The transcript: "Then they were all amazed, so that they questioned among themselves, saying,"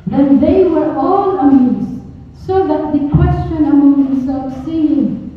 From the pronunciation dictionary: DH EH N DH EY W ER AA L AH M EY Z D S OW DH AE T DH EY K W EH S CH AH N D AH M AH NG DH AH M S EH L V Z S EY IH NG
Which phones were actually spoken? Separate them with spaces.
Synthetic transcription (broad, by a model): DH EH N DH EY W ER AA L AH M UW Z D S OW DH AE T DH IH K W EH S CH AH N AH M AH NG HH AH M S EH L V S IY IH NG